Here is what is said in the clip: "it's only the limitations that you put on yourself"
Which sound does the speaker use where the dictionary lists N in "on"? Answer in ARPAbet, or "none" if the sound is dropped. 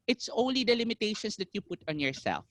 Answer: N